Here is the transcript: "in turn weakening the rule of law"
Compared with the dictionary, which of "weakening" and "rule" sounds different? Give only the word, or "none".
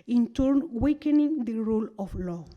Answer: none